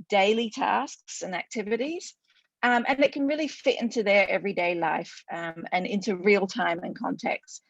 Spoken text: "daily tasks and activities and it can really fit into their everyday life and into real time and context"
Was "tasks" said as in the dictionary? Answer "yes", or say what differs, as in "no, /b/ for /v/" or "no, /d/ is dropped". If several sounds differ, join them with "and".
yes